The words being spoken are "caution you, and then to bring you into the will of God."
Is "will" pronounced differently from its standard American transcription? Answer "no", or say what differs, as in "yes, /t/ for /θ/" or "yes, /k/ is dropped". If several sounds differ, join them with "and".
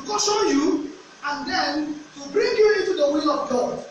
no